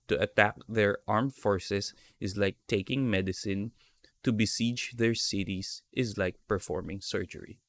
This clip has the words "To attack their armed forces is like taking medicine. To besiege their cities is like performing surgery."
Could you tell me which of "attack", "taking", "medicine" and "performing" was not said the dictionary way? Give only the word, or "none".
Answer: none